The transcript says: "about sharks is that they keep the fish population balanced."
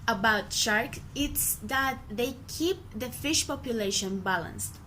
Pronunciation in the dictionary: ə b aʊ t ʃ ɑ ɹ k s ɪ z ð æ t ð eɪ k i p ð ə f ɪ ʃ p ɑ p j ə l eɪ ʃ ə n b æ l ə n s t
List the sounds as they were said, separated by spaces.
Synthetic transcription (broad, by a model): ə b aʊ t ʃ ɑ ɹ k ɪ s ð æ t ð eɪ k i p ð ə f ɪ ʃ p ɑ p j ə l eɪ ʃ ə n b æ l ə n s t